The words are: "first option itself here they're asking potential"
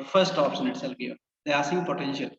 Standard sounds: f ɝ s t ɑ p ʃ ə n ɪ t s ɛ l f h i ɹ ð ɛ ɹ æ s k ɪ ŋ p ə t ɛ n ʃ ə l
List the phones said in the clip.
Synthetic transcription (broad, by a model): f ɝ s t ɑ p s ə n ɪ t s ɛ l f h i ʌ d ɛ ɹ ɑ s ɪ p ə t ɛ n ʃ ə l